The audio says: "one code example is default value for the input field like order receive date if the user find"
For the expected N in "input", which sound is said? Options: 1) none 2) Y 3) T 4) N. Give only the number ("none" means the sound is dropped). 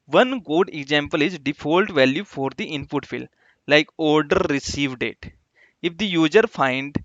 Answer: 4